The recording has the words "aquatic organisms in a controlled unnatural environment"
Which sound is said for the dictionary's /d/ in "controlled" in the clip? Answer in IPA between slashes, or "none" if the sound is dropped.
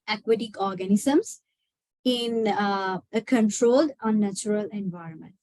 /d/